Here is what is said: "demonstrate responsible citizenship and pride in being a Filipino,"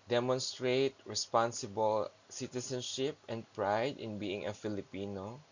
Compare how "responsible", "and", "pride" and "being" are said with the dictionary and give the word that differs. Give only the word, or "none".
none